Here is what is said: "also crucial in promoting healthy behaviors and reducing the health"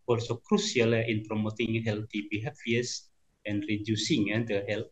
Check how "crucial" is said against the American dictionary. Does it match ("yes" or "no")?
no